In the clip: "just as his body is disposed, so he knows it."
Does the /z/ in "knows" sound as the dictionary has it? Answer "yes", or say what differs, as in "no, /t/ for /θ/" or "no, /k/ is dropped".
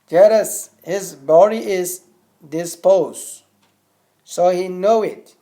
no, /z/ is dropped